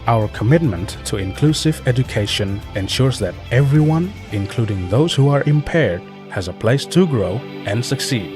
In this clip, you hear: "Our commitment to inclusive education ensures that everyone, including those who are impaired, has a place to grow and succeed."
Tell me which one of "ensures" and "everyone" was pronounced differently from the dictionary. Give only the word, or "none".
none